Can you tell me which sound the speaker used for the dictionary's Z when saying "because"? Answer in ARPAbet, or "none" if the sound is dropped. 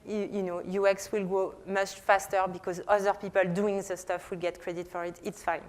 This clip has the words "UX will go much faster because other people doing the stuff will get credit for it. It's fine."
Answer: Z